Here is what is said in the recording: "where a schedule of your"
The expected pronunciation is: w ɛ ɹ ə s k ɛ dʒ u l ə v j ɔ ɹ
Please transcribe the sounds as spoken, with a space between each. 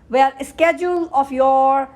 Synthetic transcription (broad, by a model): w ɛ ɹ ə s k ɛ dʒ u l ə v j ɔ ɹ